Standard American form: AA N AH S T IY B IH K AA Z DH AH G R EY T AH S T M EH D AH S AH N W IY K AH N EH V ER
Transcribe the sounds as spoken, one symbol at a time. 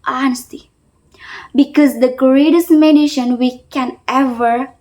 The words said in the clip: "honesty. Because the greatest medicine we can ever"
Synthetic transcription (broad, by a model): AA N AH S T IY B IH K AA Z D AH G R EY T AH S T M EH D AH SH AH N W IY K AH N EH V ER